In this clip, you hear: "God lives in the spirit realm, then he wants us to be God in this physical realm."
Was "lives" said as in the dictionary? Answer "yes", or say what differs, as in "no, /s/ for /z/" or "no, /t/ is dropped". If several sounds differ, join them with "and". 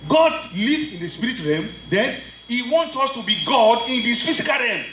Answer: no, /z/ is dropped